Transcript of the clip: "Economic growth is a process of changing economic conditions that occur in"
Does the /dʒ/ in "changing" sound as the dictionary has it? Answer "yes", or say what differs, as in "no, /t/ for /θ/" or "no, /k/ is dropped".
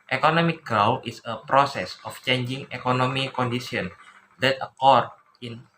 yes